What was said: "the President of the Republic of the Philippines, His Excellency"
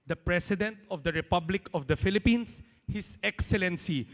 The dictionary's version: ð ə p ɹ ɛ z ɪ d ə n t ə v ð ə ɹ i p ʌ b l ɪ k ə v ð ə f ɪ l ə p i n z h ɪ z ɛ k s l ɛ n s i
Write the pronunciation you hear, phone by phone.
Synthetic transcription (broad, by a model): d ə p ɹ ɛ s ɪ d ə n t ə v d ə ɹ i p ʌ b l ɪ k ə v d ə f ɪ l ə p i n s h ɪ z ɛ k s l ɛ n s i